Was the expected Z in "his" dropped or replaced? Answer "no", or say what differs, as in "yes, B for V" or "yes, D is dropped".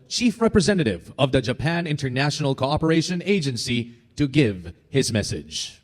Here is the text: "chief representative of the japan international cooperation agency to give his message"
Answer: no